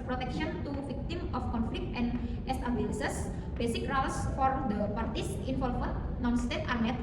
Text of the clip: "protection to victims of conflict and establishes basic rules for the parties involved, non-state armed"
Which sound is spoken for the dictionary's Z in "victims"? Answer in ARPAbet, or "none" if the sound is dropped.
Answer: none